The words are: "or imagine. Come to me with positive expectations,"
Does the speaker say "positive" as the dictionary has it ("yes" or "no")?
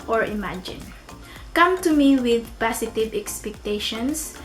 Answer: no